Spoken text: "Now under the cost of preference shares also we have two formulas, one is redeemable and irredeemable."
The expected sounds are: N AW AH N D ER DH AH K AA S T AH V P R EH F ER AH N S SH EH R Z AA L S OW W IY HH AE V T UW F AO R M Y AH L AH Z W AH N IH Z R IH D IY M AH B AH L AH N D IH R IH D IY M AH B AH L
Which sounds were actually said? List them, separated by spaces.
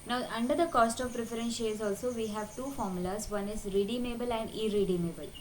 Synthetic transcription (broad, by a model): N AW AH N D ER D AH K AA S T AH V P R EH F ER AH N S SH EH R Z AA L S OW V IY HH AE V T UW F AO R M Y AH L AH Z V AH N IH Z R IH D IY M AH B AH L AH N D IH R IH D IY M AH B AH L